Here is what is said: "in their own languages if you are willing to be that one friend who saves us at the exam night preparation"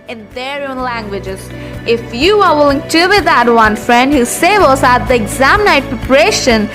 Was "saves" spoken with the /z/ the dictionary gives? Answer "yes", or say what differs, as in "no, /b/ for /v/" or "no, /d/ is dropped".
no, /z/ is dropped